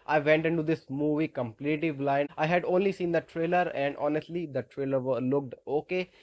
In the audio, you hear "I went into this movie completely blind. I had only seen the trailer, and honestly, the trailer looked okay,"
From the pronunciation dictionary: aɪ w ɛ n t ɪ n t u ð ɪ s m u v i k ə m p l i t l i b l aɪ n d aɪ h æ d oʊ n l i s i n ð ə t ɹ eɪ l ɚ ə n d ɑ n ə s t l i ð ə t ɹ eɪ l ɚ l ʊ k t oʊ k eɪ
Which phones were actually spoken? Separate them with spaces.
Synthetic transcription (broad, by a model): aɪ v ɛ n t ɪ n t u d ɪ s m u v i k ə m p l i t i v l aɪ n aɪ h æ d oʊ n l i s i n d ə t ɹ eɪ l ɚ ə n d ɑ n ə s t l i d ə t ɹ eɪ l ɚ l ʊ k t oʊ k eɪ